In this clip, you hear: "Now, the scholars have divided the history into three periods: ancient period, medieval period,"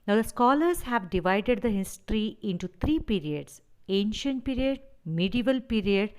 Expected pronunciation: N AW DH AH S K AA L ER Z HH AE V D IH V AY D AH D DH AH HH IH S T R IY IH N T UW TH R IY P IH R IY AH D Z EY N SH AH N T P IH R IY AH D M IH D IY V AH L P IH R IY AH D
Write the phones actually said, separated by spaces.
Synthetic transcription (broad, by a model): N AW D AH S K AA L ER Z HH AE V D IH V AY D AH D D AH HH IH S T R IY IH N T UW T R IY P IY R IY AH D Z EY N SH AH N T P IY R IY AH D M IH D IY V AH L P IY R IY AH D